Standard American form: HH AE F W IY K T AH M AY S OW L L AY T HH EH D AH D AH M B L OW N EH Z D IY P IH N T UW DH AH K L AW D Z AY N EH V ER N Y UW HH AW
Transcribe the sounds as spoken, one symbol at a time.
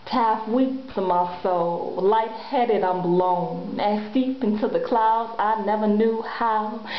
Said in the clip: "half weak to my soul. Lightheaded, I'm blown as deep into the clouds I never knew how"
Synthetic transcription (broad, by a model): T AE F W IY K S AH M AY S OW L L AY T HH EH D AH D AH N B L OW N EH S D IY P IH N T UW DH AH K L AW D Z AY N EH V ER N Y UW HH AW